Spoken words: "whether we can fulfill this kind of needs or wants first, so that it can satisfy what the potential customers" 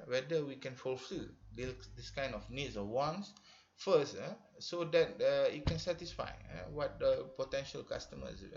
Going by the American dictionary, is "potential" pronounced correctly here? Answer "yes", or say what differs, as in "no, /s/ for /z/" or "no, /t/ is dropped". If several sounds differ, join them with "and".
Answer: yes